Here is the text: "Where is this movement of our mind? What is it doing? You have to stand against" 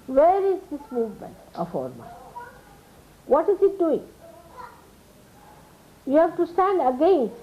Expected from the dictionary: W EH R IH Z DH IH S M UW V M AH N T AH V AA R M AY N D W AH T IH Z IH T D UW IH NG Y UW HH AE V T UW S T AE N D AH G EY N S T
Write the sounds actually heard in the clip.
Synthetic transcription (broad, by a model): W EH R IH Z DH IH S M UW V M AH N T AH F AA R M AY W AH T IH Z IH T D UW IH NG Y UW HH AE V T UW S T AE N D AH G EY N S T